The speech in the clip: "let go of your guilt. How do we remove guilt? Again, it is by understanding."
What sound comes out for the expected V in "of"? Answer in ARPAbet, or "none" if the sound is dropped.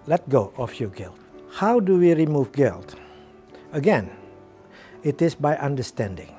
F